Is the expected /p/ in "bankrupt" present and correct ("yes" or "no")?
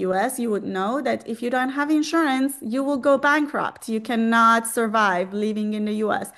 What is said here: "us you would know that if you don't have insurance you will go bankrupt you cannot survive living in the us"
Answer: yes